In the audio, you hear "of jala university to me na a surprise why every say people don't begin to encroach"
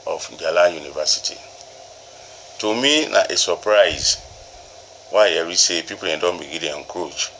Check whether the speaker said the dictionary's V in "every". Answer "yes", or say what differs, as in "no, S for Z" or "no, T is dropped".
no, V is dropped